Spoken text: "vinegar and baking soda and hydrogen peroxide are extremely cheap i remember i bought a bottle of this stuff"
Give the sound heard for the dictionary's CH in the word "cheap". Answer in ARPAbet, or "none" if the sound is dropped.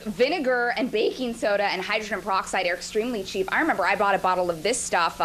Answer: CH